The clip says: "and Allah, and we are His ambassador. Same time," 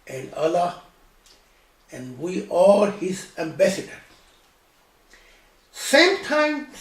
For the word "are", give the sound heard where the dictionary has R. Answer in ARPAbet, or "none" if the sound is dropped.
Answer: L